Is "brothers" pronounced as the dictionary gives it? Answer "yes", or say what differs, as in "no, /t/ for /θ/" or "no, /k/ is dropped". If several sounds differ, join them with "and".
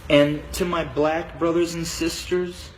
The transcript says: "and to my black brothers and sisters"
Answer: yes